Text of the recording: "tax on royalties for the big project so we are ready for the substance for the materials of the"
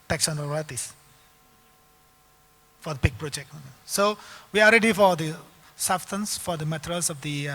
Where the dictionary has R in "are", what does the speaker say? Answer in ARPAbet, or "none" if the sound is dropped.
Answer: L